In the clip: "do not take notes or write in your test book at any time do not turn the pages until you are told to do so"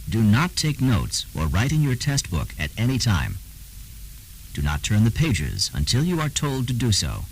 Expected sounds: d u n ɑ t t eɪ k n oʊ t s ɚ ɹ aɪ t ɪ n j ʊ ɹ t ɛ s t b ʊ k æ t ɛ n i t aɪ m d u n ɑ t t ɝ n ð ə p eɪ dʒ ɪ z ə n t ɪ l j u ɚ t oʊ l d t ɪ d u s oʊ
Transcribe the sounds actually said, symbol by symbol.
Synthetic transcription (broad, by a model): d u n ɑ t t eɪ k n oʊ t s ɚ ɹ aɪ t ɪ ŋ j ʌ ɹ t ɛ s t b ʊ k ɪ t ɛ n i t aɪ m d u n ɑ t t ɝ n ð ə p eɪ dʒ ɪ z ə n t ɪ l j u ɚ t oʊ l d t ɪ d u s oʊ